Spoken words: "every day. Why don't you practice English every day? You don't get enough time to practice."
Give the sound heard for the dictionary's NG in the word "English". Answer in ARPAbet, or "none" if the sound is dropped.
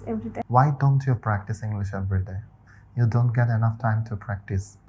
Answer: NG